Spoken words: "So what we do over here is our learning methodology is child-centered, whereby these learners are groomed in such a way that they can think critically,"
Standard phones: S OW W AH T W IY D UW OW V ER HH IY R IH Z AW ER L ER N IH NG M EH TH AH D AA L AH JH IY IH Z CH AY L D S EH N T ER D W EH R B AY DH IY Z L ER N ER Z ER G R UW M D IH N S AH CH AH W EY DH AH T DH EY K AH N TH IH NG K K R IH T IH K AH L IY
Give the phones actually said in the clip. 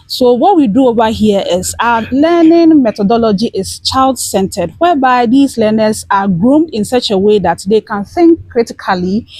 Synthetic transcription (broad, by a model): S OW W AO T W IY D UW OW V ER HH IY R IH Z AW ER L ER N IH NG M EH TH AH D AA L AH JH IY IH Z CH AY L D S EH N T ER D W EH B AY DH IY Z L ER N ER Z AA G R UW M D IH N S AH CH AH W EY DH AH T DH EY K AH N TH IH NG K K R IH T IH K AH L IY